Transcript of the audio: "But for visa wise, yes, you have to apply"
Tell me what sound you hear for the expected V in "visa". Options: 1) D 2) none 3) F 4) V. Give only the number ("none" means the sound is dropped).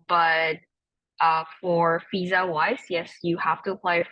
3